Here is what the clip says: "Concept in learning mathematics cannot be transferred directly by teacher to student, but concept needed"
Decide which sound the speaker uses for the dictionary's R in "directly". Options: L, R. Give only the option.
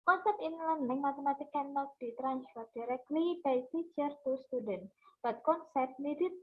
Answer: R